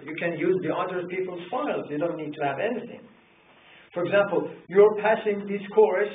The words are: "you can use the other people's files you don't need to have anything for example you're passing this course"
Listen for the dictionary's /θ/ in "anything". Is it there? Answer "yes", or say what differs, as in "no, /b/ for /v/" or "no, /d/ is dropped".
yes